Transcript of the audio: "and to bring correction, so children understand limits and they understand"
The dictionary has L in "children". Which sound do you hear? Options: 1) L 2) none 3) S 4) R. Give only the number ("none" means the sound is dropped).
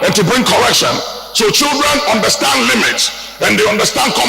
1